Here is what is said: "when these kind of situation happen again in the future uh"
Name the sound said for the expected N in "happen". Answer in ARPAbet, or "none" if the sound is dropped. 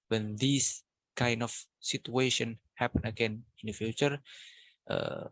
N